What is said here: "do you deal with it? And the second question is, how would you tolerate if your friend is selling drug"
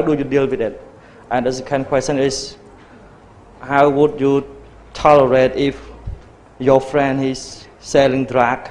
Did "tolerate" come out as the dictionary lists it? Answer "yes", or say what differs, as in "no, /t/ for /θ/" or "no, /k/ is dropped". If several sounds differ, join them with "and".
yes